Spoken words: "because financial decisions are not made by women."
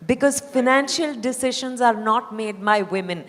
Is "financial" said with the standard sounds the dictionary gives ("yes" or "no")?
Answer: yes